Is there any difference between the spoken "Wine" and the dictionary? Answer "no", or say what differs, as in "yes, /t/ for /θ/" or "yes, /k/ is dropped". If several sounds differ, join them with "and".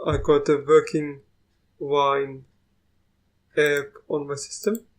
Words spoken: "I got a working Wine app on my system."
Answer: no